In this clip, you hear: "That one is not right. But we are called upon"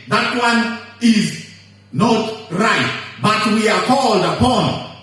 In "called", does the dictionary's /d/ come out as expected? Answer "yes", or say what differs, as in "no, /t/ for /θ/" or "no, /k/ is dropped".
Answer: yes